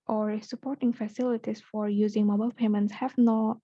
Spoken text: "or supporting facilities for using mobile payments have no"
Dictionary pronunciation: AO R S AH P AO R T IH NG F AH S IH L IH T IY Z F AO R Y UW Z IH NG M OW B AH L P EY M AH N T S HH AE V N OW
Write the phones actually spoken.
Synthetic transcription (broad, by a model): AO R S AH P AO R T IH NG F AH S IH L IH T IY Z F AO R Y UW Z IH NG M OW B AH L P EY M AH N T S HH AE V N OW